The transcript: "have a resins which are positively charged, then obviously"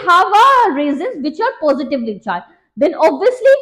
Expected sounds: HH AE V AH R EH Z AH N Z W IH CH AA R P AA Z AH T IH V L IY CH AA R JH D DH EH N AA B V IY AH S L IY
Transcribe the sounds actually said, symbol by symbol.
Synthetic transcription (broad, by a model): HH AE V AH R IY Z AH N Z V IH CH AA R P AA Z AH T IH V L IY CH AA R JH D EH N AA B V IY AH S L IY